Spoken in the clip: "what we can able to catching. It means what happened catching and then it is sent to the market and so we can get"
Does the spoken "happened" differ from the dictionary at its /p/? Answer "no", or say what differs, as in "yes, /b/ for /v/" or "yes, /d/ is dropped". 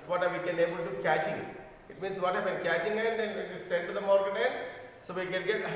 yes, /b/ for /p/